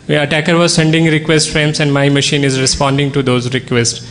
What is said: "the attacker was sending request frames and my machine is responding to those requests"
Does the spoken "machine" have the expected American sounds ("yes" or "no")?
yes